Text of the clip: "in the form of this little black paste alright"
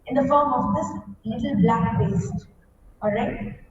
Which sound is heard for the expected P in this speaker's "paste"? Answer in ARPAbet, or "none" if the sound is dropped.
B